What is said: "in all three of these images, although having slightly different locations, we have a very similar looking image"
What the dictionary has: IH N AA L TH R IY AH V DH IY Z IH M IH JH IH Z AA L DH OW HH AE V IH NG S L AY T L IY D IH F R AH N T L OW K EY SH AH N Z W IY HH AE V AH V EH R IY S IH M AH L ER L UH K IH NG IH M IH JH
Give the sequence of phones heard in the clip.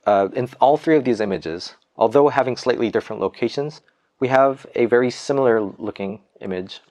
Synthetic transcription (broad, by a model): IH N AA L TH R IY AH V DH IY Z IH M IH JH IH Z AA L DH OW HH AE V IH NG S L AY T L IY D IH F R AH N T L OW K EY SH AH N Z W IY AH V AH V EH R IY S IH M L ER L UH K IH NG IH M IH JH